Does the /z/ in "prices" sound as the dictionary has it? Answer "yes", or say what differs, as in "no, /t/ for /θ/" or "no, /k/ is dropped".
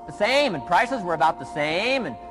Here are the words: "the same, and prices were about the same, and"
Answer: yes